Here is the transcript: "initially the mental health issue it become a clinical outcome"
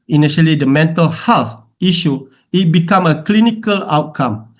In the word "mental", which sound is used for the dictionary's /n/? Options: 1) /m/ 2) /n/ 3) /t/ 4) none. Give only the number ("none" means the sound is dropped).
2